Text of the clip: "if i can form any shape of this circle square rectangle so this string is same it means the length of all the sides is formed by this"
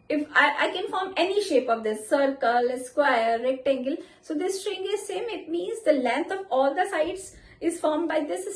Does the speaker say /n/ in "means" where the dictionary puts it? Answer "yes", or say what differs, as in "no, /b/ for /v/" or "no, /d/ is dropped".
yes